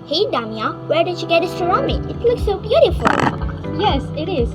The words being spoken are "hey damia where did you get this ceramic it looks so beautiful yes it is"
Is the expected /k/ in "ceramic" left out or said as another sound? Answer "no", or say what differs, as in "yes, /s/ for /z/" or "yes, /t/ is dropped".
yes, /k/ is dropped